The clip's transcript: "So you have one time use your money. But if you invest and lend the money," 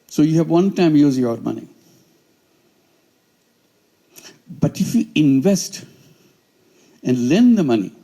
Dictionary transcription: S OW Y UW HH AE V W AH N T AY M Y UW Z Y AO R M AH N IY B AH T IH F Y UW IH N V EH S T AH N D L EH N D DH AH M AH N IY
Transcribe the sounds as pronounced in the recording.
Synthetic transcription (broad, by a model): S OW Y UW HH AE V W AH N T AY M Y UW Z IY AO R M AH N IY B AH T IH F Y UW IH N V EH S T AH N D L EH N D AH M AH N IY